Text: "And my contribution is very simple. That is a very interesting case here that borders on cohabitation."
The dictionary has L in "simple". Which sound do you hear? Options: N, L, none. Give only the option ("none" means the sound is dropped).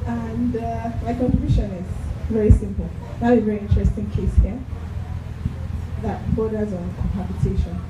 L